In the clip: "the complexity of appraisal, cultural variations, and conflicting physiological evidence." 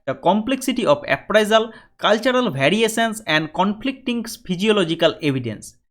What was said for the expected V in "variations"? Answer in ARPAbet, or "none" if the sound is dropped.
B